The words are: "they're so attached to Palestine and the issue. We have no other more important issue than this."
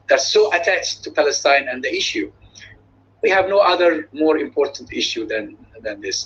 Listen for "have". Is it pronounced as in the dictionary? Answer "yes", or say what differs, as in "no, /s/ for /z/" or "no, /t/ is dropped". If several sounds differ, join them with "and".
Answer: yes